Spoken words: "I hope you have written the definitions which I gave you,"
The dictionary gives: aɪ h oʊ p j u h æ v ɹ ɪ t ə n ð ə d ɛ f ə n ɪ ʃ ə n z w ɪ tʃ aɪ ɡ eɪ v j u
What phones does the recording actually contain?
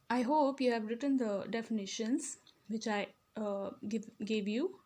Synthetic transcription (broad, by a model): aɪ h oʊ p j u h æ v ɹ ɪ t ə n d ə d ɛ f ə n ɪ ʃ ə n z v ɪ tʃ aɪ ɡ eɪ v j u